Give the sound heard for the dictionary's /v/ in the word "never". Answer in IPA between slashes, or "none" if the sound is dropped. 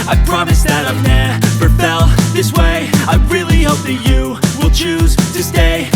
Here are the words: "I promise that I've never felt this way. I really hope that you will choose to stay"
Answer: /p/